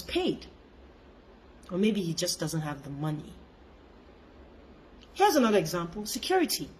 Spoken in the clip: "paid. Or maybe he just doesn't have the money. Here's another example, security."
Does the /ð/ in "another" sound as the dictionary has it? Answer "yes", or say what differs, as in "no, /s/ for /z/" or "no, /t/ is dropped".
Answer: yes